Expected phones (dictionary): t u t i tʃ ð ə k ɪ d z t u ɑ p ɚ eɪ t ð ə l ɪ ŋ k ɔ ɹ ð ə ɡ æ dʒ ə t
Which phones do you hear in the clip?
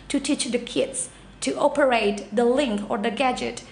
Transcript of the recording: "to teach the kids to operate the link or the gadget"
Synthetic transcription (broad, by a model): t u t i tʃ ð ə k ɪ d s t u ɑ p ɚ eɪ t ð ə l ɪ ŋ k ɔ ɹ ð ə ɡ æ dʒ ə t